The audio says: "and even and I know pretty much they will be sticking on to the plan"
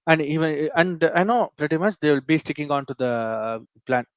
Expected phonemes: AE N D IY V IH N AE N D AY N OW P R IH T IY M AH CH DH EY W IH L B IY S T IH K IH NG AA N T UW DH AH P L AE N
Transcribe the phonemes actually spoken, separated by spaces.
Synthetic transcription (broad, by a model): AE N D IY V IH N AE N D AY N OW P R IH T IY M AH CH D EY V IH L B IY S T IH K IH NG AA N T UW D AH P L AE N